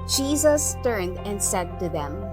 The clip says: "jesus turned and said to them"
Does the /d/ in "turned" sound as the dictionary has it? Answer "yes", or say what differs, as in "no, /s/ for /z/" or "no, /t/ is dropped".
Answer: yes